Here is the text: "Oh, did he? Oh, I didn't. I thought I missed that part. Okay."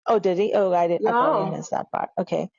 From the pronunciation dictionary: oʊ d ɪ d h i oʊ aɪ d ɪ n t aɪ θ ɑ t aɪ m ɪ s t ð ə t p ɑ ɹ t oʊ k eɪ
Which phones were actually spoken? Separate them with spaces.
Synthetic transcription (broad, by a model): oʊ d ɪ d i oʊ aɪ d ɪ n aɪ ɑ ɪ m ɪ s ð ə t p ɑ ɹ t oʊ k eɪ